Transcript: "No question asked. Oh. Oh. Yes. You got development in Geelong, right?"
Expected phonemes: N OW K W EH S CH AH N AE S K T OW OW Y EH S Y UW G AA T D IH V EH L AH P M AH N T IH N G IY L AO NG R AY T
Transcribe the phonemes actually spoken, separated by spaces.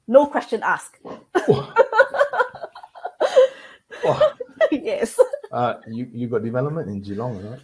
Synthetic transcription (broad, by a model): N OW K W EH S CH AH N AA S K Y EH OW Y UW Y UW G AA T D IH V EH L AH P M AH N T IH N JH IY L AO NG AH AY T